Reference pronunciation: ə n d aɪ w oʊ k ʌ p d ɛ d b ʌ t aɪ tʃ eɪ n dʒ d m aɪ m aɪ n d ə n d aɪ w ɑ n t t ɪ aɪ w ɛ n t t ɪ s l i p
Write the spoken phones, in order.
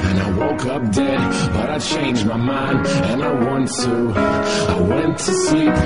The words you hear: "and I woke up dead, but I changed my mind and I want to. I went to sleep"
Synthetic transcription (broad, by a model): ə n aɪ w oʊ k ʌ p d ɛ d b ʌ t aɪ tʃ eɪ n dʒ m aɪ m aɪ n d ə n aɪ w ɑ n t t ɪ aɪ w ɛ n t t ɪ s i